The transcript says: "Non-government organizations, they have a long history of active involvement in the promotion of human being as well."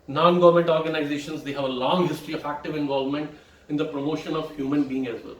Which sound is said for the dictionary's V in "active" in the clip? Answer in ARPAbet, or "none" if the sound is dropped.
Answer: V